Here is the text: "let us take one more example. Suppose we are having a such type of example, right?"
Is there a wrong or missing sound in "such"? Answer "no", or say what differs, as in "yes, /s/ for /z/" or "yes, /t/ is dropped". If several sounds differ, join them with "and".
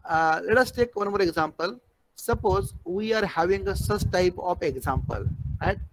yes, /s/ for /tʃ/